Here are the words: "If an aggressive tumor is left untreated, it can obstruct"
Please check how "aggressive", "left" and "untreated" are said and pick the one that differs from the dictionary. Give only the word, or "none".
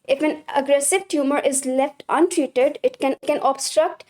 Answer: none